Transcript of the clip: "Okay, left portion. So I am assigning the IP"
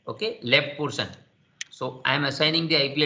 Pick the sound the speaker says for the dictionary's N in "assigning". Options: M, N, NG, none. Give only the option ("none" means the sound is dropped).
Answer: N